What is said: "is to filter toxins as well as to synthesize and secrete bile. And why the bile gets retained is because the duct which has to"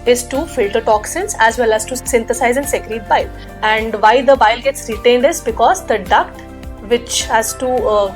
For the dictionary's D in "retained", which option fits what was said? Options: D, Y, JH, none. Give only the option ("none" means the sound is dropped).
D